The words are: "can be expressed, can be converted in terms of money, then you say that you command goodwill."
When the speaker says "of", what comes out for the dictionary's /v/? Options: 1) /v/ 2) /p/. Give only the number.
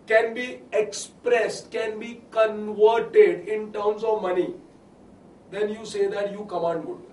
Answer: 1